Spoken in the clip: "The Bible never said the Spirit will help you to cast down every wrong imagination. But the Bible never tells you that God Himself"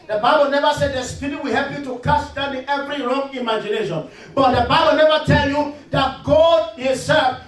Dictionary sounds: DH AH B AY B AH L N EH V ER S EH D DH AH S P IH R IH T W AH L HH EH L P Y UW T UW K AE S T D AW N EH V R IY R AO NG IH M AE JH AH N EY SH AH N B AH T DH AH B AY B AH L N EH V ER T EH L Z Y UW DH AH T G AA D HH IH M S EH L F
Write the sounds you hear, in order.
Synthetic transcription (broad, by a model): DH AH B AY B AH L N EH V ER S EH D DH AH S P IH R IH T W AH HH EH L P Y UW T UW K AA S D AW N EH V R IY R AO NG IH M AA JH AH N EY SH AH N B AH T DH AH B AY B AH L N EH V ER T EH L Y UW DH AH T G AA D HH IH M S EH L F